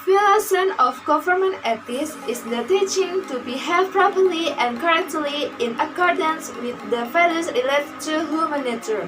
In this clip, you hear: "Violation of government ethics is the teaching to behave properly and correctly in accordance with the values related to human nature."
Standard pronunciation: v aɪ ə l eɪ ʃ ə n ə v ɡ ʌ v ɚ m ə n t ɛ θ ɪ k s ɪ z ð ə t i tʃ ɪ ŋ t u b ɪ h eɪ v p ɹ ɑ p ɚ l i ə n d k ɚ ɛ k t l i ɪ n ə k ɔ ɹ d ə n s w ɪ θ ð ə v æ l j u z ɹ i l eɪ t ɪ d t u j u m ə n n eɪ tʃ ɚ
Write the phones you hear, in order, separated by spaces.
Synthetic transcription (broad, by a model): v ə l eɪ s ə n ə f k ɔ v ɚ m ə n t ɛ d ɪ s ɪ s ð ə t i tʃ ɪ ŋ t u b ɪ h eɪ p ɹ ɑ p ɚ l i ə n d k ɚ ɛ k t l i ɪ n ə k ɔ ɹ d ə n s w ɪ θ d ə f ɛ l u s ɹ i l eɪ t t u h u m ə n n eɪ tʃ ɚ